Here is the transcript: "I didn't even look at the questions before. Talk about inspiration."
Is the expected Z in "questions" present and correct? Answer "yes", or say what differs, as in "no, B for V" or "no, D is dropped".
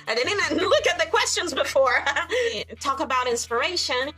yes